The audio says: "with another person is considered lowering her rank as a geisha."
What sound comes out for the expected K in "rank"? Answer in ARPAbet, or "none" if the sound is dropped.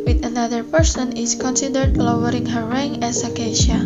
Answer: none